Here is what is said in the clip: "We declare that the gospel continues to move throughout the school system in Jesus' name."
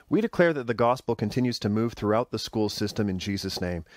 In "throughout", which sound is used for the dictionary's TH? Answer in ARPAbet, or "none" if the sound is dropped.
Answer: TH